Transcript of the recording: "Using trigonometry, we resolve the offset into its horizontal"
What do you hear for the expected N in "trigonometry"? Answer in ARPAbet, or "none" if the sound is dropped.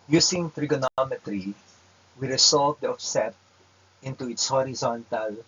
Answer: N